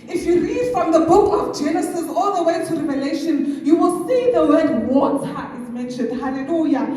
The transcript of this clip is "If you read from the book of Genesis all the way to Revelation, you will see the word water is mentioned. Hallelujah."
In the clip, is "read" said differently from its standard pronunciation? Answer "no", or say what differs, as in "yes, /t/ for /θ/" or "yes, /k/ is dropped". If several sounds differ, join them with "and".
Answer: no